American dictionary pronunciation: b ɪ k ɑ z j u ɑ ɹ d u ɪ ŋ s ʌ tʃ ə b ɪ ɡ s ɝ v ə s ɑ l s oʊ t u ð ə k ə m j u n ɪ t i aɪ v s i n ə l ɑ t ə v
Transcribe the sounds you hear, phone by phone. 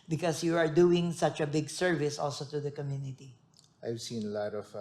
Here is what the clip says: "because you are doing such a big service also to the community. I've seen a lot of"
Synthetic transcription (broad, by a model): b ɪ k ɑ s j u ɑ ɹ d u ɪ ŋ s ʌ tʃ ə b ɪ ɡ s ɝ v ə s ɑ l s oʊ t u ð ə k ə m j u n ɪ t i aɪ v s i n ə l ɑ t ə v